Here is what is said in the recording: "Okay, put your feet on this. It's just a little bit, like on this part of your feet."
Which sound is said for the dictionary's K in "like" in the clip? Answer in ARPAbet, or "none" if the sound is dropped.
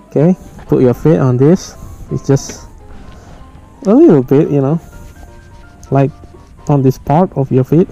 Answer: K